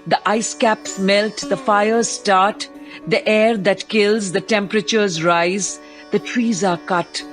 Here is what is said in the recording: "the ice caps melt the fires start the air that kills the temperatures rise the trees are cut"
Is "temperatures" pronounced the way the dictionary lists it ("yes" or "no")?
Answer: yes